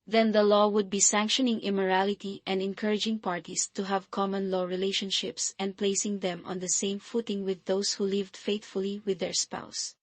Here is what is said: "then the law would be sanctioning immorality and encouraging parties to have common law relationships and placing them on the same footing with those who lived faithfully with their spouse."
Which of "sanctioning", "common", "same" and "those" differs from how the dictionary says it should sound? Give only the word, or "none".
those